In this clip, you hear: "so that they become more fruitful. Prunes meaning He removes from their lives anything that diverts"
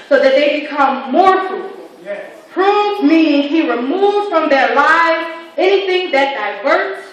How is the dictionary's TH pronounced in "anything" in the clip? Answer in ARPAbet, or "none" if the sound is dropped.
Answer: TH